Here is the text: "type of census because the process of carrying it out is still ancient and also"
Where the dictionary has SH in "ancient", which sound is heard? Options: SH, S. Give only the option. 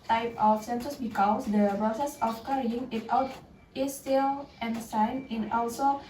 S